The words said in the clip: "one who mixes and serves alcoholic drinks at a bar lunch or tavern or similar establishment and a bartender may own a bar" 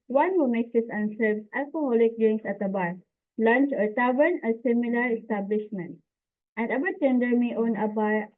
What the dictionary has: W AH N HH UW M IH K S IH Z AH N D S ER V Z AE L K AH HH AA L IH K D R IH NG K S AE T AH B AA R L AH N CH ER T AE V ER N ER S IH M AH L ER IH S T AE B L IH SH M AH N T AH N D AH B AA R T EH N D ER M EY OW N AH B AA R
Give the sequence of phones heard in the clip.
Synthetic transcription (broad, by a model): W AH N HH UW M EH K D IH S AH N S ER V S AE L K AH HH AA L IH K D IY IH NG S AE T AH B AA R L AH N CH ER T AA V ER N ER S IH M AH L ER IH S T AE B L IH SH M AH N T AH N D AH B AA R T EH N D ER M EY OW N AH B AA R